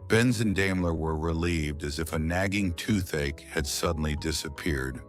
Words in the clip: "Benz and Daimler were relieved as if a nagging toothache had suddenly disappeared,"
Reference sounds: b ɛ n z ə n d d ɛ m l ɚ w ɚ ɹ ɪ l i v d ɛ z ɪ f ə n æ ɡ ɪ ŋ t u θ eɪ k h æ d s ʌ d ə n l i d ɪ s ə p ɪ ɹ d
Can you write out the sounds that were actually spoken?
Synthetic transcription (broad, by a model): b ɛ n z ə n d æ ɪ m l ɚ w ɚ ɹ ɪ l i v d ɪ z ɪ f ə n æ ɡ ɪ ŋ t u θ eɪ k h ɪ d s ʌ d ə n l i d ɪ s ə p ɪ ɹ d